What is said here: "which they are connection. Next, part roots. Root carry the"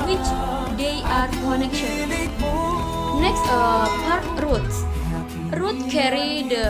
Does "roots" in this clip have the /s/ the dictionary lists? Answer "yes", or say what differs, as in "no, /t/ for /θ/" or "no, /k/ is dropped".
no, /s/ is dropped